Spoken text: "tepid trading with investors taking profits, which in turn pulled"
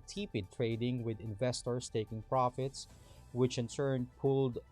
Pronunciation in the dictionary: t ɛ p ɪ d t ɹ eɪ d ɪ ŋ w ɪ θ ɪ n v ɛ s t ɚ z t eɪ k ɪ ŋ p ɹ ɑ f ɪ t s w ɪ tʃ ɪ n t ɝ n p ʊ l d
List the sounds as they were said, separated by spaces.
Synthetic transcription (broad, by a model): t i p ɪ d t ɹ eɪ d ɪ ŋ w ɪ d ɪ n v ɛ s t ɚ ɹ t eɪ k ɪ ŋ p ɹ ɑ f ɪ t s w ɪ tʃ ɪ n s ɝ n p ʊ l d